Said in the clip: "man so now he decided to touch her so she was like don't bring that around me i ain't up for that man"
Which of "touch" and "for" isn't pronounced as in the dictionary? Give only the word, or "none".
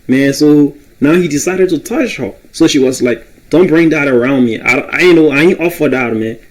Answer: none